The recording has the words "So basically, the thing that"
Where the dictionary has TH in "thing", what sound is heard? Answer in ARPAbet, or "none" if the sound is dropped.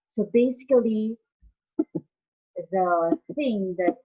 TH